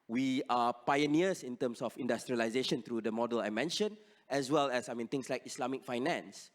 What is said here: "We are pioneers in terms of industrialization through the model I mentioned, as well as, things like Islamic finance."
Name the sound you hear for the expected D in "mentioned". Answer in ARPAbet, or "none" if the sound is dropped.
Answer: none